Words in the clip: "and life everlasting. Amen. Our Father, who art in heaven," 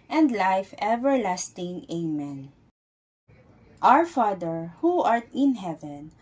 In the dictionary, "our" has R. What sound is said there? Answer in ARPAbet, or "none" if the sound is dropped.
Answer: R